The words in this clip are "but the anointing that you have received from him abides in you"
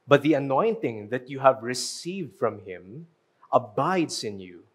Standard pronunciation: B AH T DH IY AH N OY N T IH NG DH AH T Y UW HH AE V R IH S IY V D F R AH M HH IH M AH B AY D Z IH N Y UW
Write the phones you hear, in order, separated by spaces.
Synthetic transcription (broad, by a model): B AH T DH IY AH N OY N T IH NG DH AH T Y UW HH AE V R IH S IY V D F R AH M HH IH M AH B AY D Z IH N Y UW